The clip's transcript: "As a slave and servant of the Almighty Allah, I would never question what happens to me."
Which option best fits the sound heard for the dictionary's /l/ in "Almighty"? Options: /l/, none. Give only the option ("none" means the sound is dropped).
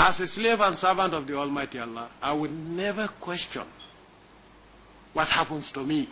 /l/